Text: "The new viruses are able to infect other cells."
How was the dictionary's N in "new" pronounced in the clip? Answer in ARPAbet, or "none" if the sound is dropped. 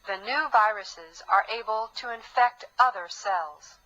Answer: N